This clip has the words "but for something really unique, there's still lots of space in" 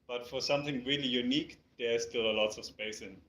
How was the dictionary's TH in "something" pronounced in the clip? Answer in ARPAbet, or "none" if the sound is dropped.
TH